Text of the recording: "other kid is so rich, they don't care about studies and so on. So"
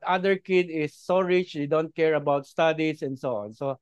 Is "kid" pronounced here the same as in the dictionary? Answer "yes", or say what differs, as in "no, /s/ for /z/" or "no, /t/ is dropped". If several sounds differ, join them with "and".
yes